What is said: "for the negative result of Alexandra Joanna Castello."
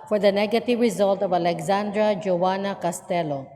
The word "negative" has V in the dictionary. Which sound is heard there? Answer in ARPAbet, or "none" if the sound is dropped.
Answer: V